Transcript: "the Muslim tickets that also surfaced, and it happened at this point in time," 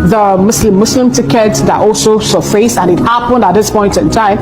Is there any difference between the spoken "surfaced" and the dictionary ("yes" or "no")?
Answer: yes